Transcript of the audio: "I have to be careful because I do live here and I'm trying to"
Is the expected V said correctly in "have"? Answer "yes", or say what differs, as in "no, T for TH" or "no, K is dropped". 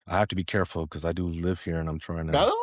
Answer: no, F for V